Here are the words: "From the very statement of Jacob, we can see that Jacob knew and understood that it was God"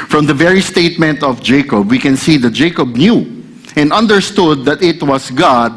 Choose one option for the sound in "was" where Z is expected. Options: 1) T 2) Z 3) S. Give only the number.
3